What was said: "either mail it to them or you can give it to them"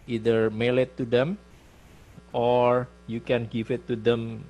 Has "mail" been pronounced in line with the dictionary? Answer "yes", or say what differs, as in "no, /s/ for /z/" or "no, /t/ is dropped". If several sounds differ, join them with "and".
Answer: yes